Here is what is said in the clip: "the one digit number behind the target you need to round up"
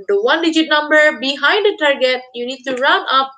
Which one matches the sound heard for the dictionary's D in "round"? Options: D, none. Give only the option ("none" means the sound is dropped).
none